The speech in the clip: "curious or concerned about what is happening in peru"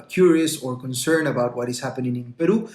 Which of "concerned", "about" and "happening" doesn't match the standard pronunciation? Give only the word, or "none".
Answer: concerned